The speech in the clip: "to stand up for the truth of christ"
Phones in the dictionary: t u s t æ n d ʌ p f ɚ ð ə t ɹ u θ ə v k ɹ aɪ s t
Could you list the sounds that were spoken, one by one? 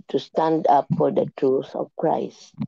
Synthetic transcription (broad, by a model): t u s t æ n d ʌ p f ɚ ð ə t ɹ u s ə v k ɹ aɪ s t